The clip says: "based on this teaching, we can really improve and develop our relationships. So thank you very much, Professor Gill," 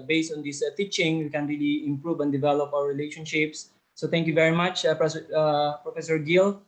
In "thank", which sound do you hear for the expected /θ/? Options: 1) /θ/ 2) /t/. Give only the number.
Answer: 2